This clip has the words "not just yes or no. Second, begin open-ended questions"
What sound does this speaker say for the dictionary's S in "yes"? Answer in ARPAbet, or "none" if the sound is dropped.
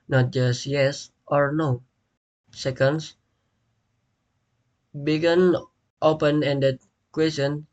S